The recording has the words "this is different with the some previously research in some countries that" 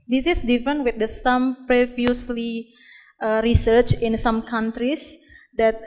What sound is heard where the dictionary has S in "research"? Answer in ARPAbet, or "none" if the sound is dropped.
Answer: S